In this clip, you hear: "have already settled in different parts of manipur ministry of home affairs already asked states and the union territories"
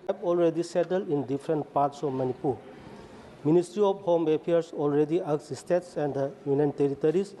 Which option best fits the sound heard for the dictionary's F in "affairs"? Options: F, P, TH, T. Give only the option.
P